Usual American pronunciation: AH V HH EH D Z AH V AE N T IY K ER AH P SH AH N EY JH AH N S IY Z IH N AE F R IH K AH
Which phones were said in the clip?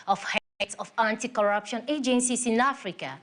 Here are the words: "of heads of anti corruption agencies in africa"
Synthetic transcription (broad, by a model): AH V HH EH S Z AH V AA N T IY K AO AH P SH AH N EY JH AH N S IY S IH N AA F R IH K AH